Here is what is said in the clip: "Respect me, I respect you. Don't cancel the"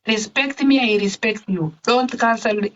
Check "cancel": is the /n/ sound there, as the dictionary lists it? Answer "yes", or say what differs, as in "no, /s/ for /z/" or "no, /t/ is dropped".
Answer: no, /l/ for /n/